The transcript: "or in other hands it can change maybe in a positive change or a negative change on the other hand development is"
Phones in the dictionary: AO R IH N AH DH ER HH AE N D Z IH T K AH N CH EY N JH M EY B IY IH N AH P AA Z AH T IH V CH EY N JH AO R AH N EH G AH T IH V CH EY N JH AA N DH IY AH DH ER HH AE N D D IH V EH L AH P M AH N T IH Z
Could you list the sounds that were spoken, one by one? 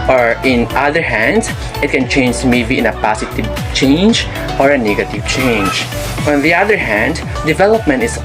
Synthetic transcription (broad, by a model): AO R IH N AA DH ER HH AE N D S IH T K AH N CH EY N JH M EY B IY IH N AH P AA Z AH T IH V CH EY N JH AO R AH N EH G AH T IH V CH EY N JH AA N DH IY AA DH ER HH AE N D D IH V EH L AH P M AH N T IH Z